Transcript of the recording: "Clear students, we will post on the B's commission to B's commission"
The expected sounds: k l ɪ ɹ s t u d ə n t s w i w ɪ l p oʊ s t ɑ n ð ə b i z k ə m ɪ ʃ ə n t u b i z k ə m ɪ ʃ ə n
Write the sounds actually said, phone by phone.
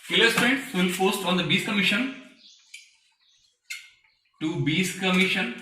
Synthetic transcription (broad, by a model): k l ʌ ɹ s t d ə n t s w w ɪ l f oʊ s t ɑ n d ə b i s k ə m ɪ ʃ ə n t u b i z k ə m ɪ ʃ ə n